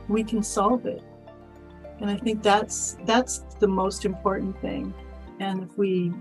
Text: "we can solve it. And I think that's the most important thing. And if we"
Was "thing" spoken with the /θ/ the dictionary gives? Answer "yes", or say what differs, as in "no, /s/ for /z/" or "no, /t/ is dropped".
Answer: yes